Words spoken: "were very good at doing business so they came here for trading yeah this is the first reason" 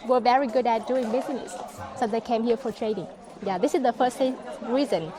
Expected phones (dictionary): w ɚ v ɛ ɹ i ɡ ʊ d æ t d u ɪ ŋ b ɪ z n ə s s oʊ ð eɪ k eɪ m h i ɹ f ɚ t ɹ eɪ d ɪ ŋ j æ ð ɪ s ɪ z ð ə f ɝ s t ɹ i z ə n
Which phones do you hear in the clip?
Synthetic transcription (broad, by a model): w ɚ v ɛ ɹ i ɡ ʊ d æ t d u ɪ ŋ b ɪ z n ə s s oʊ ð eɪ k eɪ m h i ɹ f ɚ t ɹ eɪ d ɪ ŋ j æ ð ɪ s ɪ z ð ə f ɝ s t ɹ i z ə n